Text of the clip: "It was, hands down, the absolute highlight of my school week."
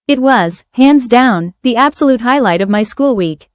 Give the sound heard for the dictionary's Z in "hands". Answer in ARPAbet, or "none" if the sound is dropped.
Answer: Z